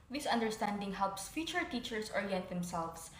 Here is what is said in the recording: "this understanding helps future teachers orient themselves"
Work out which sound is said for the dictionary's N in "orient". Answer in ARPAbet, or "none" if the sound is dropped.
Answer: none